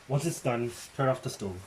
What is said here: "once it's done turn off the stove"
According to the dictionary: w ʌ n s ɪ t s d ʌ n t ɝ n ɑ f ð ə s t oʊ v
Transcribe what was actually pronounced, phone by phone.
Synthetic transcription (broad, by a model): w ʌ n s ɪ t s d ʌ n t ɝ ɑ f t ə s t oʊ